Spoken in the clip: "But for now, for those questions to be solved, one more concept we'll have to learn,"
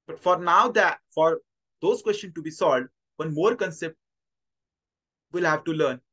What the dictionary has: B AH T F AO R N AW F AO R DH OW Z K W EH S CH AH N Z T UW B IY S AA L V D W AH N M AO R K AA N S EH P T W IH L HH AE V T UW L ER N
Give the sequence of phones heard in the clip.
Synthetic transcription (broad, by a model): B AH T F AO R N AW F AO R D OW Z K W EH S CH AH N T UW B IY S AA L D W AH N M AO R K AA N S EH P T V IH L HH AE V T UW L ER N